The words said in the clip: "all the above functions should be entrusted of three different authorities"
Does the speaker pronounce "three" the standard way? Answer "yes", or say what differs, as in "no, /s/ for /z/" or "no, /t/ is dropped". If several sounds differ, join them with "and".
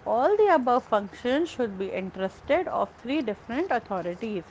no, /t/ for /θ/